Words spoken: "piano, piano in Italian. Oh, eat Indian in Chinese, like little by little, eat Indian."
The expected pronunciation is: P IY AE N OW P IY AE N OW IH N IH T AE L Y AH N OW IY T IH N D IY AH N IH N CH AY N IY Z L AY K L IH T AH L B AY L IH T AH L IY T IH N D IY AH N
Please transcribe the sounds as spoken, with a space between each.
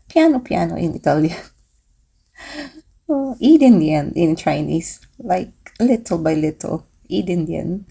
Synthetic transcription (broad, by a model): P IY N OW P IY N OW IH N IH T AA L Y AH OW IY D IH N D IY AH N IH N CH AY N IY S L AY K L IH T AH L B AY L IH T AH L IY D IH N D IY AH N